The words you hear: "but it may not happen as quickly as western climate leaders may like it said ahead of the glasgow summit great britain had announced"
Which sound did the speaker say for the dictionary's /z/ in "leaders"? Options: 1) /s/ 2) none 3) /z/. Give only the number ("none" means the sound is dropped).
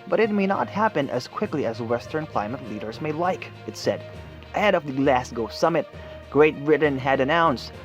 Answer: 3